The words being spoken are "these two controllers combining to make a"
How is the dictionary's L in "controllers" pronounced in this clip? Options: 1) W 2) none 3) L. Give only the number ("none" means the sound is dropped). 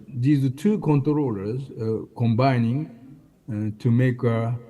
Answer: 3